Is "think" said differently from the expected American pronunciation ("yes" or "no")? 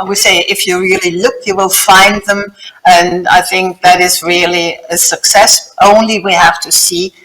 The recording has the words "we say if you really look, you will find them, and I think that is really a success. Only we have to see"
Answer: no